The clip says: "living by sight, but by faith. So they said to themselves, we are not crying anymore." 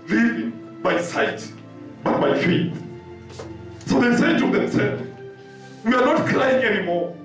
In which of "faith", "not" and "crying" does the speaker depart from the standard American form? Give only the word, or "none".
faith